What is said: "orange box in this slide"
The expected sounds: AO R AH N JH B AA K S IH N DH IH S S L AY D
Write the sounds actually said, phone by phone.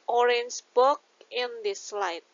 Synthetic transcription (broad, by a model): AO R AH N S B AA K IH N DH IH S S L AY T